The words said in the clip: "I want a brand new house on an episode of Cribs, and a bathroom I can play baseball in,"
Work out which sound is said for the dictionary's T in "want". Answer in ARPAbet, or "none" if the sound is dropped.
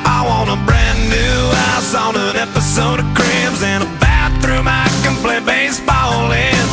none